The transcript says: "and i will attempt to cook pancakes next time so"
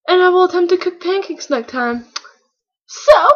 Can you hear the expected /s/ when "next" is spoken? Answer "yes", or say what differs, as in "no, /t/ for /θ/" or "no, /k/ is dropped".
no, /s/ is dropped